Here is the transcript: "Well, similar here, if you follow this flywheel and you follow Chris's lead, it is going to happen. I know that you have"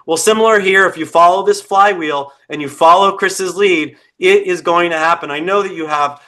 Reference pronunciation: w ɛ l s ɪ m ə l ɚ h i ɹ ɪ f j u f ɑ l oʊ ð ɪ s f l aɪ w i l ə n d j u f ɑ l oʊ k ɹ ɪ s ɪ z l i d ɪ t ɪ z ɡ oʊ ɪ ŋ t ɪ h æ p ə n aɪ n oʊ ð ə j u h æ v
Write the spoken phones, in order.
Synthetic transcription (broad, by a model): w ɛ l s ɪ m l ɚ h i ɹ ɪ f j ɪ f ɑ l oʊ ð ɪ s f l aɪ w i l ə n j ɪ f ɑ l oʊ k ɹ ɪ s ɪ z l i d ɪ t ɪ z ɡ oʊ ɪ ŋ t ɪ h æ p ə n aɪ n oʊ ð ə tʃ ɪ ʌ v